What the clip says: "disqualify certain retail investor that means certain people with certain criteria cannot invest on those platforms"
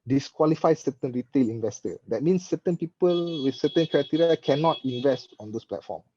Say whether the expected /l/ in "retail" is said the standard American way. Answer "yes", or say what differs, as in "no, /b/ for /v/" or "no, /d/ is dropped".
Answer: yes